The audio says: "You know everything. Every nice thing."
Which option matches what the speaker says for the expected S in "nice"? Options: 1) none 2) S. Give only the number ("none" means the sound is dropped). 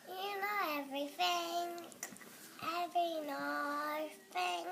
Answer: 1